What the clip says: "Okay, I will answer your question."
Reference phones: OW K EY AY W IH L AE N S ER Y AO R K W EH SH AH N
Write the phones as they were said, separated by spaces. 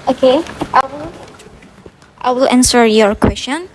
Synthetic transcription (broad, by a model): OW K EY AY W IH L AE N S ER Y AO R K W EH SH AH N